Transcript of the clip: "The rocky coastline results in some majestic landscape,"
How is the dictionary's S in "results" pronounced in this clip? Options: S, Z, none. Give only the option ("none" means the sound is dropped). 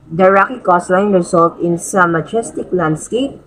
none